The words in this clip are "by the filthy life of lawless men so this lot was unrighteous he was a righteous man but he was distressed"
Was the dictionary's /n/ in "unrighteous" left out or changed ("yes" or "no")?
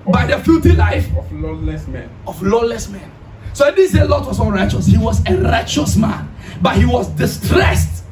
yes